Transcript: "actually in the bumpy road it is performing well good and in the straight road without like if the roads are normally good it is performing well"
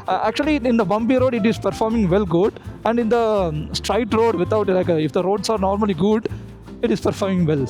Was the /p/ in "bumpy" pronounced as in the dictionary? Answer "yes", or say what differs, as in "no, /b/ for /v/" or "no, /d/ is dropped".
no, /b/ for /p/